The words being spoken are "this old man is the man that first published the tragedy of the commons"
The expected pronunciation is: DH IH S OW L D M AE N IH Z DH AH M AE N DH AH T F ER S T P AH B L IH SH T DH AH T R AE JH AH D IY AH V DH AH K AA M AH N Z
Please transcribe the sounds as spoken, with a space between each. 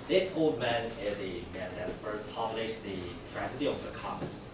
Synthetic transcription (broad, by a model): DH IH S OW L D M AE N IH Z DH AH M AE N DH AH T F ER S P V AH L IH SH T DH AH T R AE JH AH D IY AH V DH AH K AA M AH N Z